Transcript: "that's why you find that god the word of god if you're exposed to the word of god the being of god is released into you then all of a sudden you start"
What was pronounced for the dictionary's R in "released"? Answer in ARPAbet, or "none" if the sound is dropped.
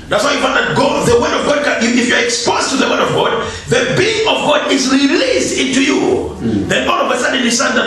R